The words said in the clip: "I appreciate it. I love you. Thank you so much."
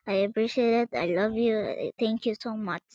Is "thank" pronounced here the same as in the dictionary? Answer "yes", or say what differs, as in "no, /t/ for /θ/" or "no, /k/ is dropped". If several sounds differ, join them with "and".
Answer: no, /t/ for /θ/